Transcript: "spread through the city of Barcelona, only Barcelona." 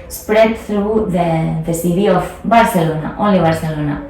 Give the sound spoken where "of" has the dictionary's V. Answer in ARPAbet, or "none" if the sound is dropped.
F